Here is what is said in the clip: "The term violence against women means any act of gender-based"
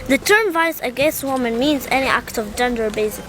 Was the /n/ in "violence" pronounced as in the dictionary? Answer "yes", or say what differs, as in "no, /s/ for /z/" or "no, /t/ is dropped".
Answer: no, /n/ is dropped